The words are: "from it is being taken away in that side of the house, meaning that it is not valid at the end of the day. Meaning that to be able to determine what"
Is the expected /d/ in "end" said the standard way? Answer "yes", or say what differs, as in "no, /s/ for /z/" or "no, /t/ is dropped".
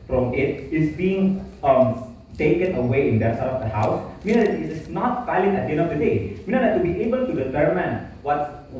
no, /d/ is dropped